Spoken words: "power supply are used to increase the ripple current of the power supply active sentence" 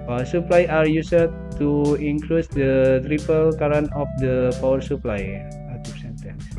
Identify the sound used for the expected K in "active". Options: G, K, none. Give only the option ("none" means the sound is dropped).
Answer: none